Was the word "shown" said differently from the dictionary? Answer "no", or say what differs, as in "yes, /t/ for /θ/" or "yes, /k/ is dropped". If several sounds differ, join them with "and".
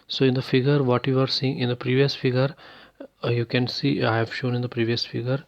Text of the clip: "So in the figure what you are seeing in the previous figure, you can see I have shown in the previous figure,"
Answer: no